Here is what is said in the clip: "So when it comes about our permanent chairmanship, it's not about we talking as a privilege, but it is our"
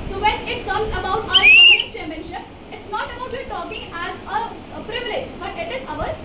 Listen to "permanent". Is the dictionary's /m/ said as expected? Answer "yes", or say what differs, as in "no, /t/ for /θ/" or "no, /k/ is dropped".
no, /m/ is dropped